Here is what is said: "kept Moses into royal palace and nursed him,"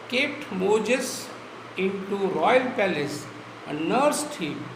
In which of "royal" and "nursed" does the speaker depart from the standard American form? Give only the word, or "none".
none